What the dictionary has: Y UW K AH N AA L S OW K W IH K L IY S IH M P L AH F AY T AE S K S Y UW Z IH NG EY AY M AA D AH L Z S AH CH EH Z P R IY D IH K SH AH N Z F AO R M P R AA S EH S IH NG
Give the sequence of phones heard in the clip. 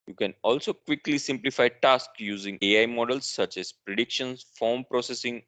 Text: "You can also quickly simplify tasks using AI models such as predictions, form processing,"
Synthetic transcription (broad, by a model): Y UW K AH N AA L S OW K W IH K L IY S IH M P L AH F AY T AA S K Y UW Z IH NG EY AY M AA D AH L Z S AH CH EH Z P R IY D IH K SH AH N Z F AO R M P R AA S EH S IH NG